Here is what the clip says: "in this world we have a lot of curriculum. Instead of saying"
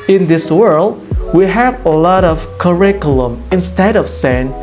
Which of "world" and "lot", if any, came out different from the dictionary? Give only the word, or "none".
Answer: none